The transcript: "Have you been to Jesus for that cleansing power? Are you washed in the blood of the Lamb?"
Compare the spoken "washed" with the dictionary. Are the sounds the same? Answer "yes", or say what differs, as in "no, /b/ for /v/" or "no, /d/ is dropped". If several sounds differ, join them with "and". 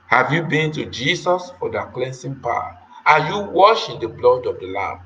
no, /t/ is dropped